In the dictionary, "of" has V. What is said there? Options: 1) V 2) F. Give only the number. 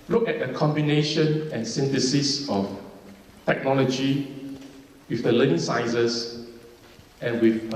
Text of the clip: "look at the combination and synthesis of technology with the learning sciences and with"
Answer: 2